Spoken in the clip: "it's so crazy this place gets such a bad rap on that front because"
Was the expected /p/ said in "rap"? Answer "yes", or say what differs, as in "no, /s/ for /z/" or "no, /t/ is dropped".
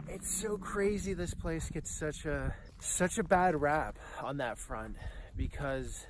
yes